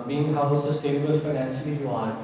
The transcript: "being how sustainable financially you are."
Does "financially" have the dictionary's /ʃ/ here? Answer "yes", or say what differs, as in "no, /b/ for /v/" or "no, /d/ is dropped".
no, /s/ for /ʃ/